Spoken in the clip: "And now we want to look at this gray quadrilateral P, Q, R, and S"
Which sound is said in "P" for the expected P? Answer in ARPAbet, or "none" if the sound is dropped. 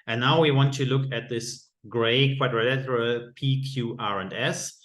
P